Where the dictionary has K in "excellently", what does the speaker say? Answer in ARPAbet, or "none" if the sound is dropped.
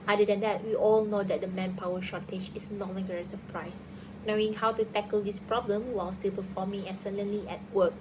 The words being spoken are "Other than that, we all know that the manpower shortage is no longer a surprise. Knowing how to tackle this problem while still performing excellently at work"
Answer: none